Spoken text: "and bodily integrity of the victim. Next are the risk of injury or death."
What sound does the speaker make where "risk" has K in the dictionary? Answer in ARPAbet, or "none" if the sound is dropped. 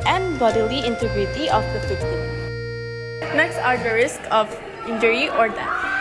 K